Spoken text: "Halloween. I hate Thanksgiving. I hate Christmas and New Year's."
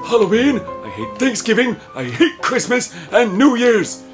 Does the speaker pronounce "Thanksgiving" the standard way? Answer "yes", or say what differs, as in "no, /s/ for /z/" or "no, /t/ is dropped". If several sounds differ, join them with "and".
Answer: yes